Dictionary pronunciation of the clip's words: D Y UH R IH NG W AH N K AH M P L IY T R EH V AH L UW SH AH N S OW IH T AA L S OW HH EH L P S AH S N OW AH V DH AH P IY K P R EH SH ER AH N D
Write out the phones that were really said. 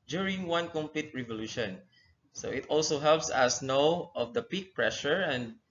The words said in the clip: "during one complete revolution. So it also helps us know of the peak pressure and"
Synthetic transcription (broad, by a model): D Y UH R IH NG W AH N K AH M P L IY T R EH V AH L UW SH AH N S OW IH T AA L S OW HH EH L P S AH S N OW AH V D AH P IY K P R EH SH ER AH N D